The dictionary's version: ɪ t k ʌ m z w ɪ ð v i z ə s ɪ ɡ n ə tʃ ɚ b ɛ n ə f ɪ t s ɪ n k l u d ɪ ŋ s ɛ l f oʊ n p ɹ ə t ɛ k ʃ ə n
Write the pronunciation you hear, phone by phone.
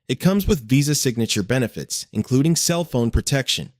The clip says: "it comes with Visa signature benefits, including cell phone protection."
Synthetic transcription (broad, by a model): ɪ t k ʌ m z w ɪ ð v i z ə s ɪ ɡ n ə tʃ ɚ b ɛ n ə f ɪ t s ɪ n k l u d ɪ ŋ s ɛ l f oʊ n p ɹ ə t ɛ k ʃ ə n